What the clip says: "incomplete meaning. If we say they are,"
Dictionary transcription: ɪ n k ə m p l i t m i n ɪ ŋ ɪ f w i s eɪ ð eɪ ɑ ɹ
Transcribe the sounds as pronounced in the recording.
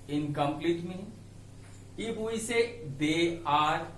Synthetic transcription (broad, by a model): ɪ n k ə m p l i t m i ɪ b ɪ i s eɪ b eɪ ɑ ɹ